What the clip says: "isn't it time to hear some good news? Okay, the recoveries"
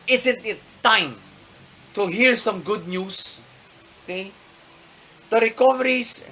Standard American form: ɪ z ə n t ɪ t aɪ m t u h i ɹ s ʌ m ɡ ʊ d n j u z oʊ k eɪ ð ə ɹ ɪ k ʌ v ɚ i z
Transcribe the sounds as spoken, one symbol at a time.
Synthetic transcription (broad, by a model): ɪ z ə n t ɪ t aɪ m t u h i ɹ s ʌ m ɡ ʊ d n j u s oʊ k eɪ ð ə ɹ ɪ k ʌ v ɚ i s